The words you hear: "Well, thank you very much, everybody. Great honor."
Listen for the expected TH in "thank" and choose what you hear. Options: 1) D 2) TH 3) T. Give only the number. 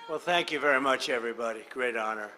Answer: 2